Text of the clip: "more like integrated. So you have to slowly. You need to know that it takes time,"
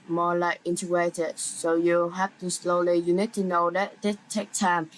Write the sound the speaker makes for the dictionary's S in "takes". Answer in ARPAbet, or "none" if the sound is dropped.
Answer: none